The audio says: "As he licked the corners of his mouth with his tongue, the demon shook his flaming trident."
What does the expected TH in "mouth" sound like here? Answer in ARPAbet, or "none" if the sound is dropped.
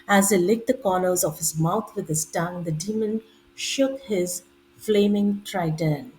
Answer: T